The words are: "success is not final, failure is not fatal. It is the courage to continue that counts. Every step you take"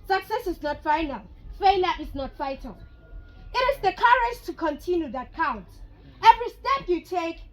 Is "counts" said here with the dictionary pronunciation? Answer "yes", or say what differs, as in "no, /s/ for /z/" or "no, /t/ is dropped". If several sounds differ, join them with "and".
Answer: no, /s/ is dropped